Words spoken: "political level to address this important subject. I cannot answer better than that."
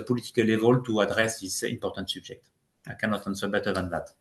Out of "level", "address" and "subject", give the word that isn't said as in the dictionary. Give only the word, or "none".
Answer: subject